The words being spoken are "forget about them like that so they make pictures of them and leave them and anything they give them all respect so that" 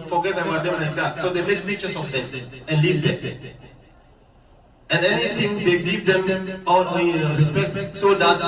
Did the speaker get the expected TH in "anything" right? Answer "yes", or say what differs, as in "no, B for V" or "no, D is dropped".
no, T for TH